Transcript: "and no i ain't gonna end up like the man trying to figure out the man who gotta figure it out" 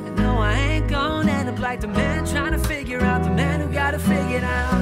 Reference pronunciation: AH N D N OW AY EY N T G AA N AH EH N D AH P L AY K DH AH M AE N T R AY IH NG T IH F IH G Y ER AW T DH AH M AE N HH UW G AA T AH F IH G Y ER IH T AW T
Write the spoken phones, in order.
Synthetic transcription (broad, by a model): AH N N OW AY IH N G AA AH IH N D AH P L AY K DH AH M AE N T R AY IH NG T IH F IH G Y ER AW T DH AH M AE N HH UW G AA T AH F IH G Y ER IH T AW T